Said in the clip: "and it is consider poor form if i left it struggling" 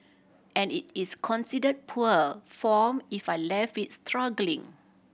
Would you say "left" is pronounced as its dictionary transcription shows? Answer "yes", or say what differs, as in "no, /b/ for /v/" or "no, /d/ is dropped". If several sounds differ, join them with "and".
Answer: no, /t/ is dropped